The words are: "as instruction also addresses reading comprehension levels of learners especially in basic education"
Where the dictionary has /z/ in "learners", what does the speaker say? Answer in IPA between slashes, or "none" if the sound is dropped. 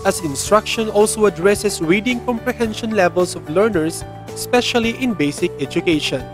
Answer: /s/